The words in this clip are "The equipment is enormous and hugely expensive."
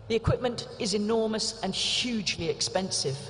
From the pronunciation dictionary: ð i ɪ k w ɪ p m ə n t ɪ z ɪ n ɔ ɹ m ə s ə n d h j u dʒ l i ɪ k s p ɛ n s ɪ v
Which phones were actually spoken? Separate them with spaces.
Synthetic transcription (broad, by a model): ð i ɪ k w ɪ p m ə n t ɪ z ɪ n ɔ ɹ m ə s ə n h j u dʒ l i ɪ k s p ɛ n s ɪ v